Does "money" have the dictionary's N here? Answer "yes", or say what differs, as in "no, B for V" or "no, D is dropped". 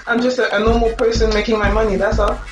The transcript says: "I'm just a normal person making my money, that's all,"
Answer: yes